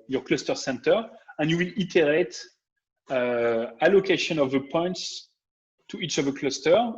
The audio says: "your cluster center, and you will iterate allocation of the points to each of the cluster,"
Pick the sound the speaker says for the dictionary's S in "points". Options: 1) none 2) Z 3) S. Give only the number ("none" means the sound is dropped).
3